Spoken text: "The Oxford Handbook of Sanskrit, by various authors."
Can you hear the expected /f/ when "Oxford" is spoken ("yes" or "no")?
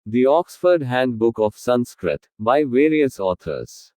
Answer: yes